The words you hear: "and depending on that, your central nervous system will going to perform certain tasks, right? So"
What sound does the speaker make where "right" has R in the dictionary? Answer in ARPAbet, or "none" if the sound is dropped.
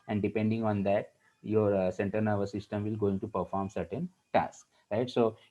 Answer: R